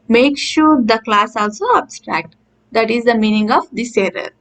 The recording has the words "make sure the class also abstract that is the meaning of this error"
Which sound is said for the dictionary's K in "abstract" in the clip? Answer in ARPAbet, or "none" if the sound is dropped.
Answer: K